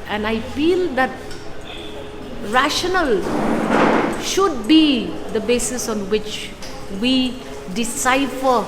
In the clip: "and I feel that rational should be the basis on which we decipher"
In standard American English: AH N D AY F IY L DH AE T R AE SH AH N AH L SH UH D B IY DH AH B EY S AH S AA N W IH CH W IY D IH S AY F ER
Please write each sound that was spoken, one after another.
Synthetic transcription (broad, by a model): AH N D AY F IY L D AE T R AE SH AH N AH L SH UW D B IY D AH B EY S AH S AA N W IH CH W IY D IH S AY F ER